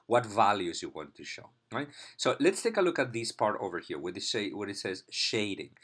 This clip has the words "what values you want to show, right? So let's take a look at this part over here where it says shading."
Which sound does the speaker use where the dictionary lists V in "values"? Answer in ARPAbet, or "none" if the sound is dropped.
V